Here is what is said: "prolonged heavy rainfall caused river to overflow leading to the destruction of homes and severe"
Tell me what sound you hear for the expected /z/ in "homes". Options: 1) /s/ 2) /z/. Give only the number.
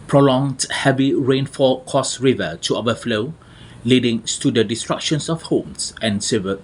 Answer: 1